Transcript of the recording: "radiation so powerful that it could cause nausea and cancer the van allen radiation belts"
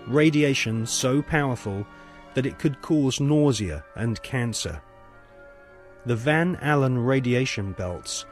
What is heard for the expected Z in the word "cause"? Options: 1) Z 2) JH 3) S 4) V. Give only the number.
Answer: 1